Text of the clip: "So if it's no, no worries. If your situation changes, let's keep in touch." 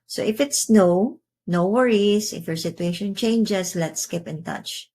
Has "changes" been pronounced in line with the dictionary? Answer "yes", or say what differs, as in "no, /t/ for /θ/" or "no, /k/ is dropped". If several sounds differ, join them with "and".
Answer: no, /s/ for /z/